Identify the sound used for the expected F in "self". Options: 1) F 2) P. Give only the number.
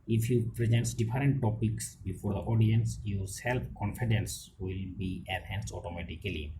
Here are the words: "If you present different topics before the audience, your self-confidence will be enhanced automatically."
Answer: 2